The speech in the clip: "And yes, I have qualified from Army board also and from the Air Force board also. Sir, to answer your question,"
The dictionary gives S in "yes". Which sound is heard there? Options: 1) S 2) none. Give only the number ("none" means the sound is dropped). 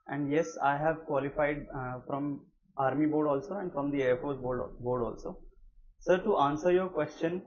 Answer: 1